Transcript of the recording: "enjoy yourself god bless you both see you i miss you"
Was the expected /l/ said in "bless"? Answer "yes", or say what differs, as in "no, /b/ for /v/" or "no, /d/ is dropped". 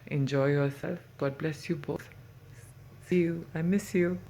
yes